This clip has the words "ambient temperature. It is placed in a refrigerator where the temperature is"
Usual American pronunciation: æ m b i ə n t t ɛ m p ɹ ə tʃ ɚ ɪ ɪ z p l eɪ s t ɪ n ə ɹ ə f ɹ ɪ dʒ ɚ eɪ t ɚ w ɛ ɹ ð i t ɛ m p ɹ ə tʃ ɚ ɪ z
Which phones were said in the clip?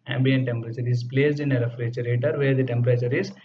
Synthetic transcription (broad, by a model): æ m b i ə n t t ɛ m p ɹ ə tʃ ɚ ɪ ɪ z p l eɪ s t ɪ n ə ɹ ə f ɹ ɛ tʃ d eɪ t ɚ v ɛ ɹ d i t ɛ m p ɹ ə tʃ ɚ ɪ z